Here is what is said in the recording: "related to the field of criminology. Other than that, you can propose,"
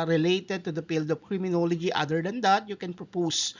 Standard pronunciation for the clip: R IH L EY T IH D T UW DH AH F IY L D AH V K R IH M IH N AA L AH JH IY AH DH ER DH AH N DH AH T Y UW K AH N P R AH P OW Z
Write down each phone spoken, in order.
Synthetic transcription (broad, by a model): R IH L EY T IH D T UW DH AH P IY L D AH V K R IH M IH N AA L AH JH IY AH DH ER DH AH N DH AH T Y UW K AH N P R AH P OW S